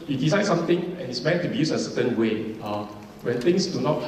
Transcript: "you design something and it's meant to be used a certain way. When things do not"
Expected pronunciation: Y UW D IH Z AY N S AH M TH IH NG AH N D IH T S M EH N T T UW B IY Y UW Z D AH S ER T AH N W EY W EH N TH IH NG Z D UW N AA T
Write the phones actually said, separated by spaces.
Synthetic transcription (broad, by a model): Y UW D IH S AY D S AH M T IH NG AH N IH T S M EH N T T UW B IY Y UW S AH S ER T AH N W EY W EH N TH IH NG S D UW N AA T